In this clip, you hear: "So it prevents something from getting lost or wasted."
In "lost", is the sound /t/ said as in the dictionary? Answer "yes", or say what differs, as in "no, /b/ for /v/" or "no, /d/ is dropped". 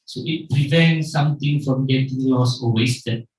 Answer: no, /t/ is dropped